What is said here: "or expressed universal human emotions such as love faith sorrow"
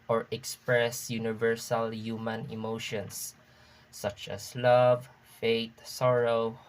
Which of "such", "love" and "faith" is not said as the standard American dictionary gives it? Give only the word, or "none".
faith